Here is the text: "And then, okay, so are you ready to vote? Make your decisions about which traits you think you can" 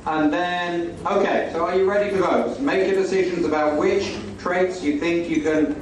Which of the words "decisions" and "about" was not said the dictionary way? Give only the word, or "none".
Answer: none